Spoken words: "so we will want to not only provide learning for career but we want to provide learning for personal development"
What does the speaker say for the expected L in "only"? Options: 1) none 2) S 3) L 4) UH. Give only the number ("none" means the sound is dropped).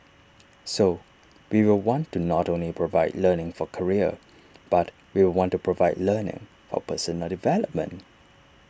3